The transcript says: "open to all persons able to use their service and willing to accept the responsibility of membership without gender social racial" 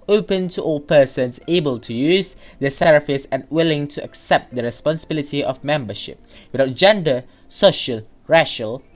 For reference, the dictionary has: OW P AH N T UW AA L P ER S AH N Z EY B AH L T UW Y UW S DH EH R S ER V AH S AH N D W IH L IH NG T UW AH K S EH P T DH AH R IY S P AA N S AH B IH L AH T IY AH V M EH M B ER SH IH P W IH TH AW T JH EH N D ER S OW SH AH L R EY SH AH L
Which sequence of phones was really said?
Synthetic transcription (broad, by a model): OW P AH N T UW AA L P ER S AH N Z EY B AH L T UW Y UW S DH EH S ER F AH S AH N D W IH L IH NG T UW AH K S EH P T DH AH R IY S P AA N S AH B IH L AH T IY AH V M EH M B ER SH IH P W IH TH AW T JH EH N D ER S OW SH AH L R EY SH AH L